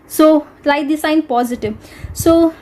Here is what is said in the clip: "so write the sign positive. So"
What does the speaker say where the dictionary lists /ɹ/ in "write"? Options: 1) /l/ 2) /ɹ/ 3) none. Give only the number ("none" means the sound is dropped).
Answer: 1